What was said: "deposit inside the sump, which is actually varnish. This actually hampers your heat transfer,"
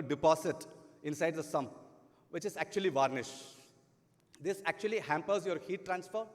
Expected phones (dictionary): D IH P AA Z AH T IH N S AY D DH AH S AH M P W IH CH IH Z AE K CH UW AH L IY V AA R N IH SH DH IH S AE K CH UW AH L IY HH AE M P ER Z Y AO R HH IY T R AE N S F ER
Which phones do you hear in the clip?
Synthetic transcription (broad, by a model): D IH P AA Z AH T IH N S AY D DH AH S AH M P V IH CH IH Z AE K CH UW AH L IY V AA R N IH SH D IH S AE K CH UW AH L IY HH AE M P ER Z Y AO R HH IY T R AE N S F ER